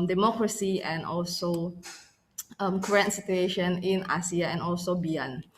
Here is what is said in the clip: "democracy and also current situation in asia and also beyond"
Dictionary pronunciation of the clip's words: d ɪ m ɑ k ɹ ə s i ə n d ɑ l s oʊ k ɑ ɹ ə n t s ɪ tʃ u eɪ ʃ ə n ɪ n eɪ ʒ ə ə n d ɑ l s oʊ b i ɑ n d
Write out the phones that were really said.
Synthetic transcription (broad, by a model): d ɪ m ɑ k ɹ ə s i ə n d ɑ l s oʊ k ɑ ɹ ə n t s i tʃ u eɪ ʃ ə n ɪ n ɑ s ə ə n ɑ l s oʊ b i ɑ n